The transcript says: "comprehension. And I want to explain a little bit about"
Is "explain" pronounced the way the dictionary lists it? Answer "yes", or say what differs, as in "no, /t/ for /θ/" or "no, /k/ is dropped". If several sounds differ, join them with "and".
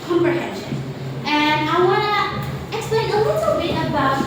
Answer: no, /p/ is dropped